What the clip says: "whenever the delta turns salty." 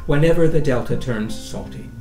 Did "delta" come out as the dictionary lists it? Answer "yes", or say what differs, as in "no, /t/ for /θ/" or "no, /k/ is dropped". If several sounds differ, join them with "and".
yes